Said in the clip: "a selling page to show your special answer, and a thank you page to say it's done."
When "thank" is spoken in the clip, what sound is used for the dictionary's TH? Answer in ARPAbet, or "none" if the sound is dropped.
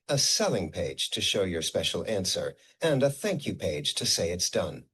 TH